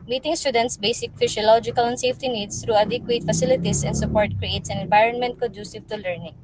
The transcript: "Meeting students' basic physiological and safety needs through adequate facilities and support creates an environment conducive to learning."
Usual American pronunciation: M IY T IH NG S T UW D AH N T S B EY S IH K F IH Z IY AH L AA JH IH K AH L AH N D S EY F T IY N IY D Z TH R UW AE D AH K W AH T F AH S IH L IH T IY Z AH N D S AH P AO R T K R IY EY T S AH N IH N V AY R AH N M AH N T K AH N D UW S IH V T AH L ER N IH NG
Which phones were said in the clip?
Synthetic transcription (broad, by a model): M IY T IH NG S T UW D AH N T S B EY S IH K F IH S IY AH L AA JH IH K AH L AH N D S EY F T IY N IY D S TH R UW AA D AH K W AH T F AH S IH L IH T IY S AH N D S AH P AO R T K R IY EY T S AH N IH N V AY R AH N M AH N T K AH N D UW S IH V T AH L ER N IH NG